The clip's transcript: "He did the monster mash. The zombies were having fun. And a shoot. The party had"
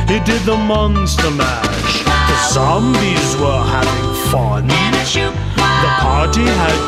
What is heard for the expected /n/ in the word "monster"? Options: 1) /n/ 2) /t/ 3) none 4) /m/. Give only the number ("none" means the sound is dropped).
1